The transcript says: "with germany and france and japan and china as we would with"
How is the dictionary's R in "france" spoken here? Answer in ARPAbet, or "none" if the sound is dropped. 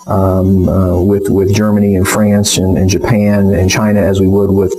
R